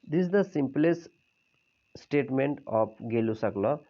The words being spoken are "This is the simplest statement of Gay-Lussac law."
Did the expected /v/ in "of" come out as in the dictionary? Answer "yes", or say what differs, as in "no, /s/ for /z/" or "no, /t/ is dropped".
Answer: no, /p/ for /v/